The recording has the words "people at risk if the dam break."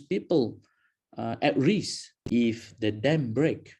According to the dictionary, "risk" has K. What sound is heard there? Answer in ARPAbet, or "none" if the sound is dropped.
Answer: none